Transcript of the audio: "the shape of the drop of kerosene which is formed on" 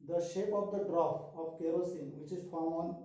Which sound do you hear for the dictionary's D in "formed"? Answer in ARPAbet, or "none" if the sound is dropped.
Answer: none